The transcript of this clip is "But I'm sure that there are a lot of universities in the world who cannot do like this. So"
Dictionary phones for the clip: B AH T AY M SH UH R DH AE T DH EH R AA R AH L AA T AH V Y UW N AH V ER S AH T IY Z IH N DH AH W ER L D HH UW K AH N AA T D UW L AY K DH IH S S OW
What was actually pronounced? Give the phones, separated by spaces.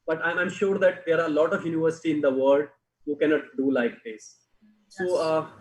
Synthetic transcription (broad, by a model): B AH T AY M SH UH R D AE T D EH R AA R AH L AA T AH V Y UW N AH V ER S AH T IY IH N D AH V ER L D HH UW K AH N AA T D UW L AY K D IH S S OW